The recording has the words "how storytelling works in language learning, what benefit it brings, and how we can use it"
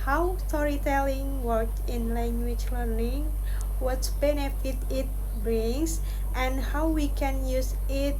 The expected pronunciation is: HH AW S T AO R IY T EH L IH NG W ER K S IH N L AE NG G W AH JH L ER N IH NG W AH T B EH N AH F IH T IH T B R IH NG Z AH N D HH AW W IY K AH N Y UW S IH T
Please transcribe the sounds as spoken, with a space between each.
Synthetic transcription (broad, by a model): HH AW S T AO R IY T EH L IH NG W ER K IH N L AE NG G W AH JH L ER N IH NG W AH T B EH N AH F IH T IH T B R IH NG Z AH N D HH AW W IY K AH N Y UW S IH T